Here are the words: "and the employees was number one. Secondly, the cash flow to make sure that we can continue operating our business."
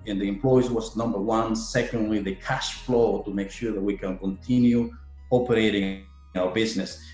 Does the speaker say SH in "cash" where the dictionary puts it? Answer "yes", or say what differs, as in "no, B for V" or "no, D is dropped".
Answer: yes